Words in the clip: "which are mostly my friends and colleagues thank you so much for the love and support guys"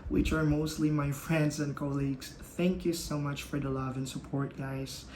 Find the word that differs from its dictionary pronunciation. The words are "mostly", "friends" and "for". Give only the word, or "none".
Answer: none